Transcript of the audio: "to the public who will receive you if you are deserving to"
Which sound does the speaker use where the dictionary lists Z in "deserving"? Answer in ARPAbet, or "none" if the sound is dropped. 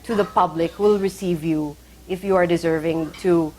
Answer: Z